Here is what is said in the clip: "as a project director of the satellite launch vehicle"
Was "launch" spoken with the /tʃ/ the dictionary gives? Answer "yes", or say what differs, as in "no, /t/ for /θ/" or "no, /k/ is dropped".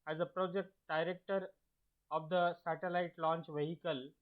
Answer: yes